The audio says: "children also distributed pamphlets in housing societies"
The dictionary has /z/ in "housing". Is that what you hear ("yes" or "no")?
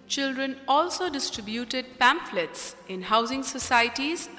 yes